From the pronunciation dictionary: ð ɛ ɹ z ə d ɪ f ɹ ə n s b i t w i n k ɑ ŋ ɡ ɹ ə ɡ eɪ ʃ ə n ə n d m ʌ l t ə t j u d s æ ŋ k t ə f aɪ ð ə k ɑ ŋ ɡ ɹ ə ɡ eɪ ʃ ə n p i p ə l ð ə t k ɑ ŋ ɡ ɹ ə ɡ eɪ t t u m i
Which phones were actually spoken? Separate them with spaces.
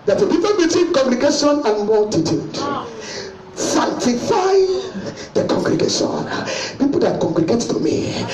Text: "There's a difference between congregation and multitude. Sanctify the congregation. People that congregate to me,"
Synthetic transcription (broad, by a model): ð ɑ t ə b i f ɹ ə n b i t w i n k ɑ ŋ ɡ ɹ ə ɡ eɪ ʃ ə n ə n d m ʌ l t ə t j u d s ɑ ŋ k t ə f aɪ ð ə k ɑ ŋ ɡ ɹ ə ɡ eɪ ʃ ə n p i p ə l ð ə t k ɑ ŋ ɡ ɹ ə ɡ eɪ t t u m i